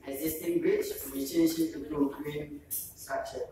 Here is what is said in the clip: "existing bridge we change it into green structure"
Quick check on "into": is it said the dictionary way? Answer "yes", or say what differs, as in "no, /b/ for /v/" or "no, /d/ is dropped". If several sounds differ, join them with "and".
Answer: no, /n/ is dropped